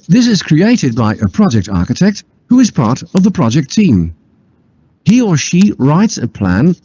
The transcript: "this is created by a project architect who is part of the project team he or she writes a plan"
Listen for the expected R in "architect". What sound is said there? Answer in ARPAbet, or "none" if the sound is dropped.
R